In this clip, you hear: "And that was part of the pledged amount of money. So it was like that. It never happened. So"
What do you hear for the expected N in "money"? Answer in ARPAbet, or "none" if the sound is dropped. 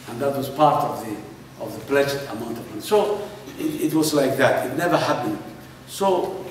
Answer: none